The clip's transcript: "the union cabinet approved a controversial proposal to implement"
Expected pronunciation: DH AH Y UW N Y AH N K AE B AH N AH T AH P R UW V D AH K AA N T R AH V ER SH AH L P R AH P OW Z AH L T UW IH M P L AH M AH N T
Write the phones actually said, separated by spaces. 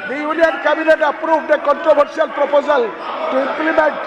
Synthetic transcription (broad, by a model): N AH Y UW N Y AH N K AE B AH N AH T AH P R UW B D AH K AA N T R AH B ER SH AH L P R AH P OW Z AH L T UW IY M P L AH M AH N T